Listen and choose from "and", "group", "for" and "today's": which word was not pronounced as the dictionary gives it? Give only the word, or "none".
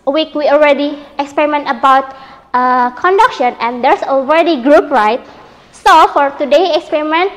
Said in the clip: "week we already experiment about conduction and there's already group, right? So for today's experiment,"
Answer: today's